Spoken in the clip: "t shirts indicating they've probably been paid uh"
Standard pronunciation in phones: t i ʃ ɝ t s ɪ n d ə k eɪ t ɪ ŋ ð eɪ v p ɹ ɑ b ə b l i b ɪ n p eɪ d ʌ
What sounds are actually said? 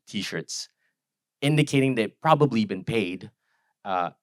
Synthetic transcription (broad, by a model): t i ʃ ɝ t s ɪ n d ə k eɪ t ɪ ŋ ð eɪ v p ɹ ɑ b ə b l i b ɪ n p eɪ d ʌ